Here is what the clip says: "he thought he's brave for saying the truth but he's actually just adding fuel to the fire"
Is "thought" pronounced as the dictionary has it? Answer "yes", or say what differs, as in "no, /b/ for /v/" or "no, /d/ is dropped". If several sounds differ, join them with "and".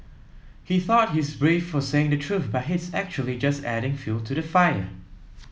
yes